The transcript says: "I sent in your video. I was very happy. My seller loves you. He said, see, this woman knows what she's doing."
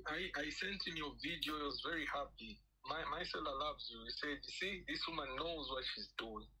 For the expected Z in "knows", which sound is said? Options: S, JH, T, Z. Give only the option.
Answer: Z